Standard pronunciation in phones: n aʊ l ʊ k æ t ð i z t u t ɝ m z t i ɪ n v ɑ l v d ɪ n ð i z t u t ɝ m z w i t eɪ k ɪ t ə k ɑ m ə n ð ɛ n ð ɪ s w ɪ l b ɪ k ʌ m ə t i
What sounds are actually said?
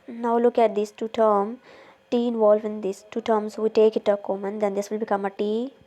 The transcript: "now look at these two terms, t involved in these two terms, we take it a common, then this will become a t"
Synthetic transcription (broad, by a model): n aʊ l ʊ k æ t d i s t u t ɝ m t i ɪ n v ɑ l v ɪ n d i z t u t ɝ m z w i t eɪ k ɪ t ə k ɑ m ə n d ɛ n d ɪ s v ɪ l b ɪ k ʌ m ə t i